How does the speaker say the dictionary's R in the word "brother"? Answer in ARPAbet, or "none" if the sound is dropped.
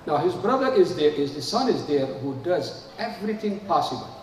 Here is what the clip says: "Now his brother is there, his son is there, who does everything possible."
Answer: R